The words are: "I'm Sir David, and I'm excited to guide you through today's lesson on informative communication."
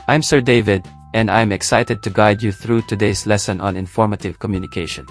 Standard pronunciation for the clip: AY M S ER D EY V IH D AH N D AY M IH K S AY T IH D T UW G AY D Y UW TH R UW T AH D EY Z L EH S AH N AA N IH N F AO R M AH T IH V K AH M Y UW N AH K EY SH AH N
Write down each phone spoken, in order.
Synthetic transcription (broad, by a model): AY M S ER D EY V IH D AH N D AY M IH K S AY T IH D T UW G AY D Y UW TH R UW T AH D EY S L EH S AH N AA N IH N F AO R M AH T IH V K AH M Y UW N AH K EY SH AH N